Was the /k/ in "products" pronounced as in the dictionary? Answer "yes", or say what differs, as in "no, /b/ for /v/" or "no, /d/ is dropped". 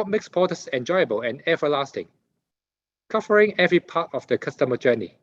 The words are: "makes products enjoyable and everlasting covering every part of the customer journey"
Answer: no, /k/ is dropped